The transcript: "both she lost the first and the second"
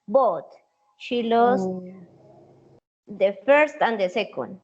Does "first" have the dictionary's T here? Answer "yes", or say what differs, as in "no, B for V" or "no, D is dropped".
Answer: yes